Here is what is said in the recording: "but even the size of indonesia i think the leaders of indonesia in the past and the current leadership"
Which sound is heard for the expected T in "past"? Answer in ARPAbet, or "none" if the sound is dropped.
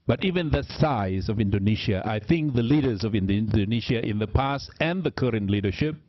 T